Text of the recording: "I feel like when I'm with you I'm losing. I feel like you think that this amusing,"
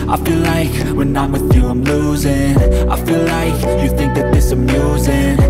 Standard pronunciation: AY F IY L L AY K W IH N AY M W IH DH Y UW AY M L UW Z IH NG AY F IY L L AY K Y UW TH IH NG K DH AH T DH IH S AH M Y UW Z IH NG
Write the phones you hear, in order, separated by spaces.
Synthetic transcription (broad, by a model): AY F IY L L AY K W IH N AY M W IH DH Y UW AY M L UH Z IH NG AY F IY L L AY K Y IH TH IH NG K DH AH T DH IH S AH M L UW Z IH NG